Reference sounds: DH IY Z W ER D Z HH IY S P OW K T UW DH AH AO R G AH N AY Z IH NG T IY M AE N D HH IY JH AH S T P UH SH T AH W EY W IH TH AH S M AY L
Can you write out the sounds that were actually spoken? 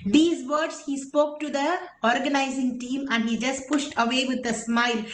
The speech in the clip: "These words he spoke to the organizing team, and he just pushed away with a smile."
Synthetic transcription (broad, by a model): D IY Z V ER D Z HH IY S P OW K T UW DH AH AO R G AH N AY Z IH NG T IY M AE N D HH IY JH AH S T P UH SH T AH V EY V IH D AH S M AY L